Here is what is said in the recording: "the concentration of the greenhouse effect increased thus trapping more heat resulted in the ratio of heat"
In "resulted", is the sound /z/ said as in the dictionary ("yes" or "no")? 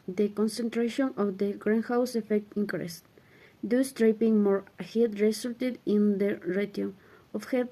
no